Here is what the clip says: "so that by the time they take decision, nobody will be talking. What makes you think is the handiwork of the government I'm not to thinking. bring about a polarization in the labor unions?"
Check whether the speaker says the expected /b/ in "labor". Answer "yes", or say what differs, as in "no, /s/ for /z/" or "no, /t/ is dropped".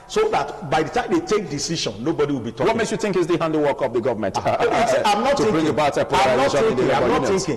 no, /b/ is dropped